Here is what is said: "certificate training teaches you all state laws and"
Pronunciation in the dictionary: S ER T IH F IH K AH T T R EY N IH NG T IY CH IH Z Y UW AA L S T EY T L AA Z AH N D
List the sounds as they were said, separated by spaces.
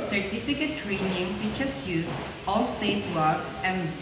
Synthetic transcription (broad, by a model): S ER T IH F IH K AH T T R EY N IH NG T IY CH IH S Y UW AA L S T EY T W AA S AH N